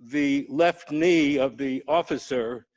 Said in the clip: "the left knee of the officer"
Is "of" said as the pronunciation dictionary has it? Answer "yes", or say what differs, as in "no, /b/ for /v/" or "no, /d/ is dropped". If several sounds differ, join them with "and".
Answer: yes